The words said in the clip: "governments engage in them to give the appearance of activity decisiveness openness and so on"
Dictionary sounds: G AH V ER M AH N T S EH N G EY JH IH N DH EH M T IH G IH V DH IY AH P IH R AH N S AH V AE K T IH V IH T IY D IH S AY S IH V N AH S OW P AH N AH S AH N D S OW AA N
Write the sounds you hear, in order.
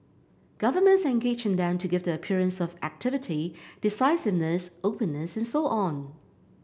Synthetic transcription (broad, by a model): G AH V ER M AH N T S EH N G EY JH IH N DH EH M T IH G IH V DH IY AH P IH R AH N S AH V AE K T IH V IH T IY D IH S AY S IH V N AH S OW P AH N AH S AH N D S OW AA N